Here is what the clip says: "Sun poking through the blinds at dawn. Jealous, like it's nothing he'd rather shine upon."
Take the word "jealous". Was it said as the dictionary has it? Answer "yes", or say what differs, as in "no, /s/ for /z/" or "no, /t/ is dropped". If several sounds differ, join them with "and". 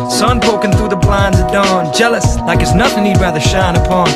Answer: yes